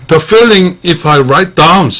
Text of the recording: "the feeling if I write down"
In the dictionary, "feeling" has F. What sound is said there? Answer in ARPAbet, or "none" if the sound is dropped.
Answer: F